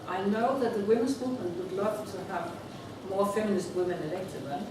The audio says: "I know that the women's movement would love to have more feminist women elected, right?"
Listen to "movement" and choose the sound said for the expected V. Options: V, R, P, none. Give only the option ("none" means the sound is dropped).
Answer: none